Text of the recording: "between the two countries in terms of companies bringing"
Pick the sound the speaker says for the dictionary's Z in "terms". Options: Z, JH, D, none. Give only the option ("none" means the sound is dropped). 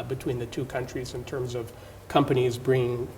Z